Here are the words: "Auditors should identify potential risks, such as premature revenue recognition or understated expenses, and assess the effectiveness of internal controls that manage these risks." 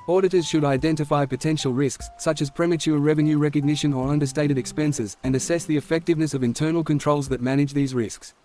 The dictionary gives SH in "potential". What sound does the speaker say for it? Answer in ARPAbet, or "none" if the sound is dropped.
SH